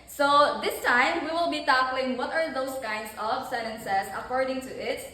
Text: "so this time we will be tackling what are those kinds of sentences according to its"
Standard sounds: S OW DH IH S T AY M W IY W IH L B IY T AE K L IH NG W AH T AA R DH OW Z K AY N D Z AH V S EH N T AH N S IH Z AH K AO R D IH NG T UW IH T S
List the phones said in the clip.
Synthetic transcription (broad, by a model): S OW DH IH S T AY M W IY W IH L B IY T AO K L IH NG W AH T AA R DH OW S K AY N D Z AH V S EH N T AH N S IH S AH K AO R D IH NG T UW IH T